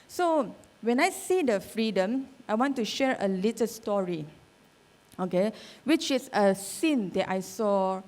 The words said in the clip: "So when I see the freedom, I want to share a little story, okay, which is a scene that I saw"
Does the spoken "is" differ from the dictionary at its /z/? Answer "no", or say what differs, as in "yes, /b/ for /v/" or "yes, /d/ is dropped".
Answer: yes, /s/ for /z/